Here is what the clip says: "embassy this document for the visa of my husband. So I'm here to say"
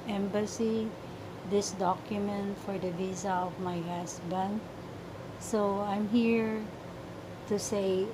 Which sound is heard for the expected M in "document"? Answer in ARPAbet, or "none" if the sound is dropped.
M